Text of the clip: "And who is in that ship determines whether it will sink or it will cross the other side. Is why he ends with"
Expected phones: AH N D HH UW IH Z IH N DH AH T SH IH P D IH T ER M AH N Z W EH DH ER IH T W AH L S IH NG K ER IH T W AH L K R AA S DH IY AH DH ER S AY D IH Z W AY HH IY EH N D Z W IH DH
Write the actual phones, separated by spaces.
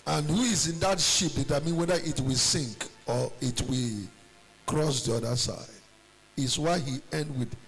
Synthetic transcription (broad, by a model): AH N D HH UW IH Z IH N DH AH T SH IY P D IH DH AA M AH N W EH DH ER IH T W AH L S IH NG K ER IH T W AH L K R AA S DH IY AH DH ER S AY D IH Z W AY HH IY EH N D W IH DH